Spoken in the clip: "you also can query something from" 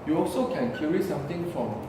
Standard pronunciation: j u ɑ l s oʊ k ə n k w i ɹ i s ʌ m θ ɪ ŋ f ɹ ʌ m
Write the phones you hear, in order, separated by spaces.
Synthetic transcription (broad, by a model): j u ɑ l s oʊ k ə n k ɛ ɹ i s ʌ m t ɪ ŋ f ɹ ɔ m